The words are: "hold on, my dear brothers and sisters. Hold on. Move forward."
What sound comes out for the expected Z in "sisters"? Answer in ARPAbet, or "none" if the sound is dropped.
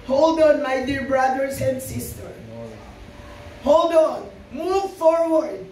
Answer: none